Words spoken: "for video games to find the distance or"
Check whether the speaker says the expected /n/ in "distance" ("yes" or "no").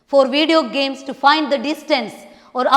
yes